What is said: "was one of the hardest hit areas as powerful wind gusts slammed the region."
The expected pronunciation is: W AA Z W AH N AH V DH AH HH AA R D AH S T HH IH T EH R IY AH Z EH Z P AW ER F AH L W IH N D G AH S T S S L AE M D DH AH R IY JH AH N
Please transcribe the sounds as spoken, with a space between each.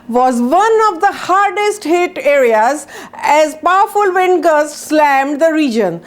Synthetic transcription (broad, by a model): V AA Z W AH N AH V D AH HH AA R D AH S T HH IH T EH R IY AH Z EH Z P AW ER F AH L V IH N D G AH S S S L AE M D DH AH R IY JH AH N